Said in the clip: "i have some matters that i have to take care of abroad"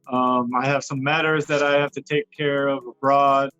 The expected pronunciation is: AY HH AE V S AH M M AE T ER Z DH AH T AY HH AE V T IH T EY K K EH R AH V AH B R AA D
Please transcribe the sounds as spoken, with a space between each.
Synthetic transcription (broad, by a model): AY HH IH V S AH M M AE T ER Z DH AH T AY HH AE F T IH T EY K K EH R AH V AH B R AA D